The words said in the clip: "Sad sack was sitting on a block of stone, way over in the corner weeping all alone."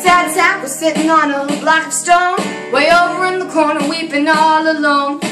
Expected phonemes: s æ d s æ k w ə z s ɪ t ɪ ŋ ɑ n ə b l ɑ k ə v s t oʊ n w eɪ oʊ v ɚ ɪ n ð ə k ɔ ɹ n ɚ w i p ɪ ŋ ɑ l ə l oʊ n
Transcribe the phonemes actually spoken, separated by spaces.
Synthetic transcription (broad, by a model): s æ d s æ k w ə z s ɪ t ɪ ŋ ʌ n ə b l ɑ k ə v s t oʊ n w eɪ oʊ v ɚ ɪ n ð ə k ɔ ɹ n ɚ w i p ɪ ŋ ɑ l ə l oʊ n